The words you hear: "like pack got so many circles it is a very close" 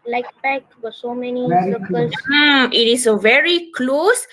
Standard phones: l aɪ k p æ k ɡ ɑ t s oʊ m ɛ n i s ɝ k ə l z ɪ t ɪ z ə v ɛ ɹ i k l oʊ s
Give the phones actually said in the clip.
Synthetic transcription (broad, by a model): l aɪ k b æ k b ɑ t s oʊ m ɛ n i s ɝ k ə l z ɪ t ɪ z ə v ɛ ɹ i k l oʊ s